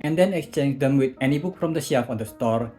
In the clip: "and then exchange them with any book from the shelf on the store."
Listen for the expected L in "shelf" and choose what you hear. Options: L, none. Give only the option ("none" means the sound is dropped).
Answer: none